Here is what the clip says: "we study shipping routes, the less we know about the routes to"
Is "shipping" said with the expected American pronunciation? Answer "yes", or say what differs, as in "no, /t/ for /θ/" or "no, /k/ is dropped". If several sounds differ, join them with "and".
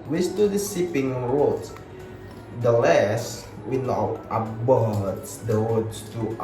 no, /s/ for /ʃ/